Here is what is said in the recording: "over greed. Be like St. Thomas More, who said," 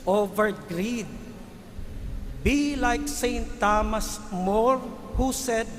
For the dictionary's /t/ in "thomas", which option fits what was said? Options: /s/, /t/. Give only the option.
/t/